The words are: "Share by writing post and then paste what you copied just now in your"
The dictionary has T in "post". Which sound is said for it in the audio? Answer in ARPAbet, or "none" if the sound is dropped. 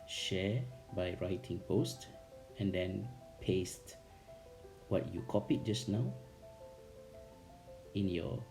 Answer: T